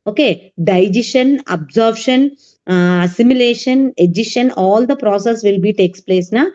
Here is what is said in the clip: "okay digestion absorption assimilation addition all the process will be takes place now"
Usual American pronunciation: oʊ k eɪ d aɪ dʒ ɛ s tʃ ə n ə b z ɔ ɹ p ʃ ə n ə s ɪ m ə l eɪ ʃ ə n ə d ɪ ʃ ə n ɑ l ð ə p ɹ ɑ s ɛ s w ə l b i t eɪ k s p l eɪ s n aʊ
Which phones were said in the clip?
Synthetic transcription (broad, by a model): oʊ k eɪ d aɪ dʒ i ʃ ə n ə b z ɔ ɹ b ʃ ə n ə s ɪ m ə l eɪ ʃ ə n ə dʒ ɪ ʃ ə n ɑ l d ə p ɹ ɑ s ɛ s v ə l b i t eɪ k s p l eɪ s n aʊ